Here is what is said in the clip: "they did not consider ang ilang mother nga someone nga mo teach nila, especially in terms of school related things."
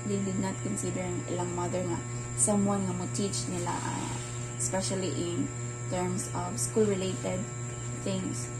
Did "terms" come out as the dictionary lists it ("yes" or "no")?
no